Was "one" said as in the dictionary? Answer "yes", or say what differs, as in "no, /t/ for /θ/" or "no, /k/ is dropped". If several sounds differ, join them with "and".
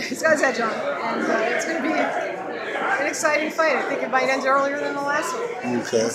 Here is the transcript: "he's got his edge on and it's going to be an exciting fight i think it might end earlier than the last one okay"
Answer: no, /n/ is dropped